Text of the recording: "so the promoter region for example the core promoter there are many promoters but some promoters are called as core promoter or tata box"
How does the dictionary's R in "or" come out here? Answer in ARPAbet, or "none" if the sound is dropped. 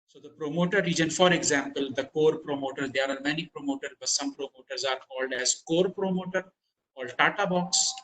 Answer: L